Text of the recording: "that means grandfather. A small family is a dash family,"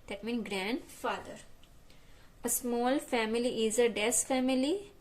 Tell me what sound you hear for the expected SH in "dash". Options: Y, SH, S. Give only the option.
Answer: S